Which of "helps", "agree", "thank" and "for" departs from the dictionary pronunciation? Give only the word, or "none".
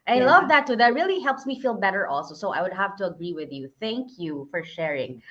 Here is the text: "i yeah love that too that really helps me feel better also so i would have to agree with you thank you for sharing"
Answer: none